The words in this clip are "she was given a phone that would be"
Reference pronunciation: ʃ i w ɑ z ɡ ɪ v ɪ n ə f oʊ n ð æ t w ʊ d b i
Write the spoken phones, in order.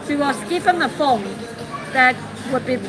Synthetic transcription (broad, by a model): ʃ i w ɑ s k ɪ p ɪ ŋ ə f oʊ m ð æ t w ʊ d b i